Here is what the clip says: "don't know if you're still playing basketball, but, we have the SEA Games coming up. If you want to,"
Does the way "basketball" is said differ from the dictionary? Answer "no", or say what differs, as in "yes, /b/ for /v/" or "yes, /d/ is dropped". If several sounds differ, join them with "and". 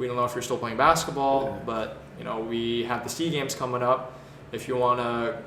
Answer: no